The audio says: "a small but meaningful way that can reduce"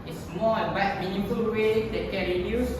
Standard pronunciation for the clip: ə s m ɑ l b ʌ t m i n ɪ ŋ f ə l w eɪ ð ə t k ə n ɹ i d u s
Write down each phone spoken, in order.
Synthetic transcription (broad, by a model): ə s m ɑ n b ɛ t m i n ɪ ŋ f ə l w eɪ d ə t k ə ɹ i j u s